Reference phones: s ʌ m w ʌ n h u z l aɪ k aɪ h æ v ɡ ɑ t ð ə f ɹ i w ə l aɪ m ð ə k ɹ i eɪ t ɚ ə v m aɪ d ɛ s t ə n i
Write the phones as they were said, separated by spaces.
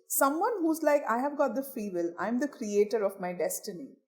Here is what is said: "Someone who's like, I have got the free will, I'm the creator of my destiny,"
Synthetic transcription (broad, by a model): s ʌ m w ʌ n h u z l aɪ k aɪ h æ v ɡ ɑ t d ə f i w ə l aɪ m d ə k ɹ i eɪ t ɚ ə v m aɪ d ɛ s t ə n i